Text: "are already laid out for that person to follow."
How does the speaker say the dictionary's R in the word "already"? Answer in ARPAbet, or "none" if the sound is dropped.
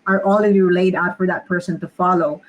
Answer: L